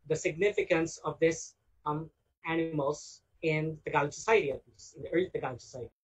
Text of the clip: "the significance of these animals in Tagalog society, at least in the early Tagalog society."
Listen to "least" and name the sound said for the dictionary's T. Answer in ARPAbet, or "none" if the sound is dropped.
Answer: none